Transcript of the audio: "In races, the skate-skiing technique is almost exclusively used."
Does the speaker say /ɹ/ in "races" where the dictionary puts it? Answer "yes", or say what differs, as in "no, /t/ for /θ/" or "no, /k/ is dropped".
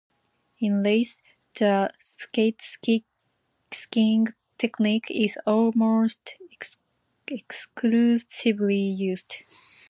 no, /l/ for /ɹ/